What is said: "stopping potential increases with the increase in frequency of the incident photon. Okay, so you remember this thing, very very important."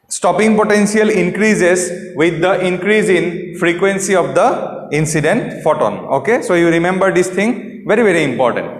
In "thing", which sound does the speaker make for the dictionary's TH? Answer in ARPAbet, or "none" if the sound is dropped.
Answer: T